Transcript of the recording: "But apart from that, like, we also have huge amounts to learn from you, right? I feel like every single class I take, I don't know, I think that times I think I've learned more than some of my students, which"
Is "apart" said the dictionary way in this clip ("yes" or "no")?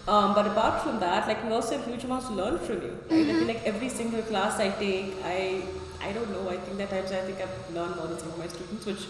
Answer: no